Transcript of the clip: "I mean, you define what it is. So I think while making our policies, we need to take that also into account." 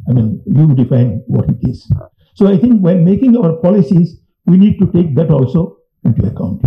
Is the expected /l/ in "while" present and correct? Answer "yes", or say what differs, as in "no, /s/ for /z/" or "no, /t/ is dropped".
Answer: no, /n/ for /l/